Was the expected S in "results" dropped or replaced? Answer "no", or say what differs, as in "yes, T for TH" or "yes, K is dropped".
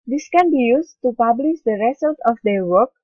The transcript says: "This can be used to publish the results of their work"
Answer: yes, S is dropped